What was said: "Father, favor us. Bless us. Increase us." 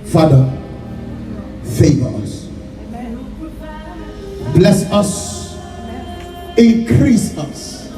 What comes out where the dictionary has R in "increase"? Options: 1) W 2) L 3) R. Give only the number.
3